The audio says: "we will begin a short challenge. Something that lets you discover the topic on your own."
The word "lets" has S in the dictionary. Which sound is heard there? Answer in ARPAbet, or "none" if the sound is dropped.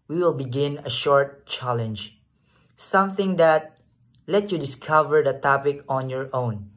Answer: none